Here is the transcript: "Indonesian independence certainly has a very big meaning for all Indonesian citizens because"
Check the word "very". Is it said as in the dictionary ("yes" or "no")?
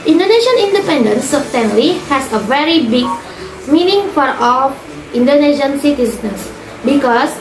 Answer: yes